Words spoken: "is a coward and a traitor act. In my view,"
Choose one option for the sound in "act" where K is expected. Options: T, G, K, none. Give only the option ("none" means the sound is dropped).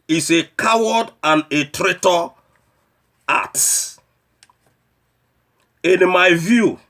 none